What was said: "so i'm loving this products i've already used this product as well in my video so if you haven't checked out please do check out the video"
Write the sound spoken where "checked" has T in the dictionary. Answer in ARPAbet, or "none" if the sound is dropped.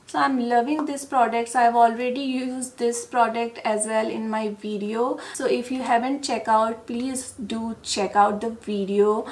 none